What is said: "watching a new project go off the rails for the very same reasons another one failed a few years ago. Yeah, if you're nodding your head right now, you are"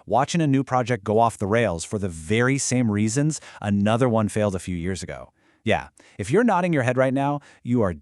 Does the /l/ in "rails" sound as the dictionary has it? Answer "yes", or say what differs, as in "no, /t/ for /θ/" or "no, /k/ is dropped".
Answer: yes